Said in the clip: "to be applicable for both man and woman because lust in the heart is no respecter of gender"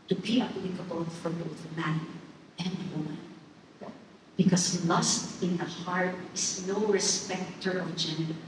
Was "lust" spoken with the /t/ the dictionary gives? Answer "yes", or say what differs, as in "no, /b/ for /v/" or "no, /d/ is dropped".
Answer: yes